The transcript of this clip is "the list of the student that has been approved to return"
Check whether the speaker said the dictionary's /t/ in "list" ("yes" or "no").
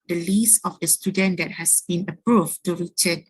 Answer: no